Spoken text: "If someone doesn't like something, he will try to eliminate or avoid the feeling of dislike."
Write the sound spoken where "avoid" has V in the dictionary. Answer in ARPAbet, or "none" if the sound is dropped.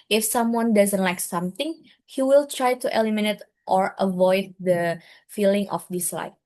V